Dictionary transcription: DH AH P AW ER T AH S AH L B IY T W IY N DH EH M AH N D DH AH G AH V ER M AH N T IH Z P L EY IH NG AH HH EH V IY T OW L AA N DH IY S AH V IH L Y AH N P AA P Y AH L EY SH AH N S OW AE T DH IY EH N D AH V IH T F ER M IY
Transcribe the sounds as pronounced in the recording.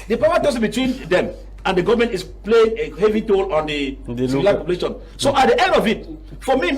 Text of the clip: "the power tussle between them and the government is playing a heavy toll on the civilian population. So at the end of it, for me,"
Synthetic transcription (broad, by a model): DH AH P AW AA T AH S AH B IY T W IY N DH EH M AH N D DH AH G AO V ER M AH N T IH S P L EY IH NG AH HH EH V IY T OW L AA N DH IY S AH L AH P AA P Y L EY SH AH N S OW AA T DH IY EH N D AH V IH T F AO M IY